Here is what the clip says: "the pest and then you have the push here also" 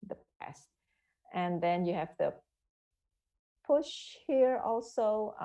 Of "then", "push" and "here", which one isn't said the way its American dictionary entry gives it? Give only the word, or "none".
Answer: none